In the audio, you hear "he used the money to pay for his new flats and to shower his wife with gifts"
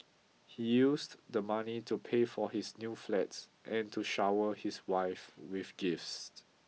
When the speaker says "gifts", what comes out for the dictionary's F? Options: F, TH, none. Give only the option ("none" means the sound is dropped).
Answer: F